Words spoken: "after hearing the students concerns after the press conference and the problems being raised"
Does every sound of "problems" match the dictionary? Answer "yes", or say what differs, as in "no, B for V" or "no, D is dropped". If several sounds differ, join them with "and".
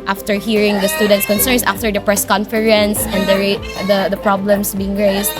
no, S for Z